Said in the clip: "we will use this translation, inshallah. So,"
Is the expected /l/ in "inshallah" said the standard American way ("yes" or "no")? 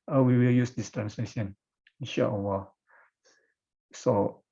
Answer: no